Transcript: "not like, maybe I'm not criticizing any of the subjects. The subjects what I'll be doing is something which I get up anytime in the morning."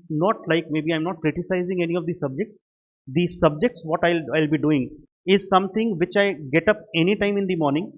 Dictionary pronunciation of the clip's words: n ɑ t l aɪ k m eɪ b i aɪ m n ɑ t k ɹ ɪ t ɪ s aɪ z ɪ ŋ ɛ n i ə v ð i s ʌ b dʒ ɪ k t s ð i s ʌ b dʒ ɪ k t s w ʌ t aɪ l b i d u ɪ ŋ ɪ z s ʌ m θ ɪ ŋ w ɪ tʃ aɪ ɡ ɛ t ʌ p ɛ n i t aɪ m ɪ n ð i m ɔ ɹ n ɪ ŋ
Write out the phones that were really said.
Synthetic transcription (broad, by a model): n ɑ t l aɪ k m eɪ b i aɪ m n ɑ t k ɹ ɪ t ɪ s aɪ z ɪ ŋ ɛ n i ə v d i s ʌ b dʒ ɪ k t s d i s ʌ b dʒ ɪ k t s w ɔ t aɪ l b i d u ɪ ŋ ɪ z s ʌ m t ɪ ŋ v ɪ tʃ aɪ ɡ ɛ t ʌ p ɛ n i t aɪ m ɪ n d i m ɔ ɹ n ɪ ŋ